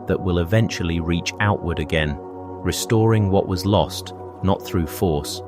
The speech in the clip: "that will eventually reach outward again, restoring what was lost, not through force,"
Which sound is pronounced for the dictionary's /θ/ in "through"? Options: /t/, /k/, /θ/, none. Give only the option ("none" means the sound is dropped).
/θ/